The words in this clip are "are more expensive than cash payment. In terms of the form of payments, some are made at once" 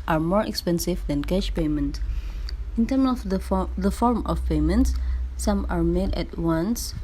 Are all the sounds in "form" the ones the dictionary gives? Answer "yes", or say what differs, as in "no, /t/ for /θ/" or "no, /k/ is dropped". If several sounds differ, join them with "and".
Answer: yes